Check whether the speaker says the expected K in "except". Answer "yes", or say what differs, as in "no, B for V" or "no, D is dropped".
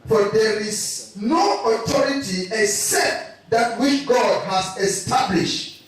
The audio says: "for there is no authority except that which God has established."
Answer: yes